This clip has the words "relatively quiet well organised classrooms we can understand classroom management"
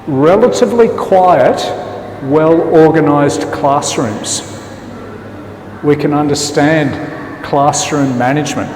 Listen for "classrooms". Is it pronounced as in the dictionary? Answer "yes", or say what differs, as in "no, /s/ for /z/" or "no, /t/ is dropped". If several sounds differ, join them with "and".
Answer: yes